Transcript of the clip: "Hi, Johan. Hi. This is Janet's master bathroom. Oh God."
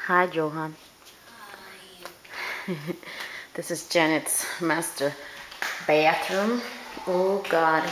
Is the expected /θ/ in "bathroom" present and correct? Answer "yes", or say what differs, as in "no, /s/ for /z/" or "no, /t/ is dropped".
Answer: no, /t/ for /θ/